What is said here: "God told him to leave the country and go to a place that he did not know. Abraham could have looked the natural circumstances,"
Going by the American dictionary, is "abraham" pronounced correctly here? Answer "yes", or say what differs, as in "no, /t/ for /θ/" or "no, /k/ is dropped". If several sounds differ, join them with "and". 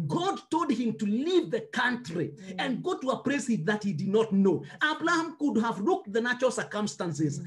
no, /l/ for /ɹ/